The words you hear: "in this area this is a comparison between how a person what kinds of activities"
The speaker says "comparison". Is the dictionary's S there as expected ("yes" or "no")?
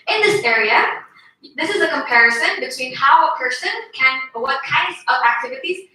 yes